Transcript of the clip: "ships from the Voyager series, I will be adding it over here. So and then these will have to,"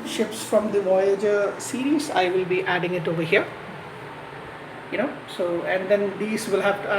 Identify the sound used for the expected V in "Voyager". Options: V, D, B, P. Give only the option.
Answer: V